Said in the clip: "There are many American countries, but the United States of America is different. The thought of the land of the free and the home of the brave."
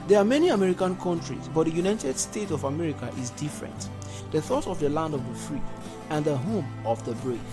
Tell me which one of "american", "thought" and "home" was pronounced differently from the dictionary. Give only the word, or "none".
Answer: none